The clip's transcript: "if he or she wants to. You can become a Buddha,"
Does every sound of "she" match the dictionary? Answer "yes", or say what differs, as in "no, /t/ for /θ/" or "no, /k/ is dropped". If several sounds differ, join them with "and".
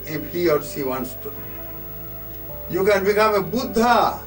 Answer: no, /s/ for /ʃ/